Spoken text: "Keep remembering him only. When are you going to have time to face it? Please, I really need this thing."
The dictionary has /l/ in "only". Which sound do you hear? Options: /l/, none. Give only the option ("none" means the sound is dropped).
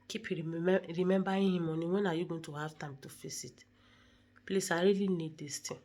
none